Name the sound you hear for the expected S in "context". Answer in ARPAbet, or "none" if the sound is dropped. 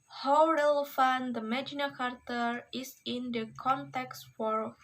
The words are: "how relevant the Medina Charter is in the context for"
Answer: S